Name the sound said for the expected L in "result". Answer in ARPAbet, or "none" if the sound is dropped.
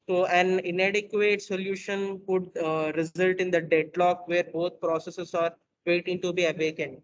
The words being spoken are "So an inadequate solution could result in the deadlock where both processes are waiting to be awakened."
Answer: L